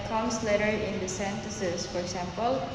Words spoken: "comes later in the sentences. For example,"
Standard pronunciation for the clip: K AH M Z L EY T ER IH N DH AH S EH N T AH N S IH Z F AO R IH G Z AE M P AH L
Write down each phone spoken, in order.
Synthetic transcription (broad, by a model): K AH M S L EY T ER IH N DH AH S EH N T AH S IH S F AO R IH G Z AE M P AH L